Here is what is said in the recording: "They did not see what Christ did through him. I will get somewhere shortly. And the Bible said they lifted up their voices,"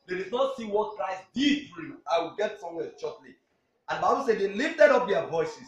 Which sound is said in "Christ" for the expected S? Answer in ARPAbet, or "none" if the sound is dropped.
S